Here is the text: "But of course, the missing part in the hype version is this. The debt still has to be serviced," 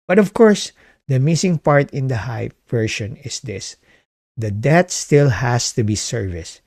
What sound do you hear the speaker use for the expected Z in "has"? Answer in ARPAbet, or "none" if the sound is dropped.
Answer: S